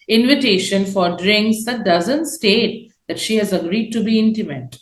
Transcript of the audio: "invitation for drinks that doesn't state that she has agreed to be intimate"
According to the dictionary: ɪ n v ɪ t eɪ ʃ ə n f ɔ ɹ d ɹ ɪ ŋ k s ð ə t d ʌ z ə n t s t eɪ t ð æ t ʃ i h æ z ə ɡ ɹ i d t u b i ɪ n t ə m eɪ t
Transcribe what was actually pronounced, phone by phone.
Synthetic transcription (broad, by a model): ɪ n v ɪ t eɪ ʃ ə n f ɔ ɹ d ɹ ɪ ŋ k s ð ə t d ʌ z ə n t s t eɪ t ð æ t ʃ i h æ z ə ɡ ɹ i d t u b i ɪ n t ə m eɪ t